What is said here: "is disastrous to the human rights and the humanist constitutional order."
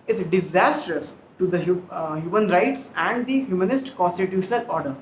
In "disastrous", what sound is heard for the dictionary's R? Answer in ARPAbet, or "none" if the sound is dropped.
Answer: R